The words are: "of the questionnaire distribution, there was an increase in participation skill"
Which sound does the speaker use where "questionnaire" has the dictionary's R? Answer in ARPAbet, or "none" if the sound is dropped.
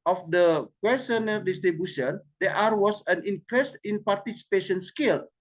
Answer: L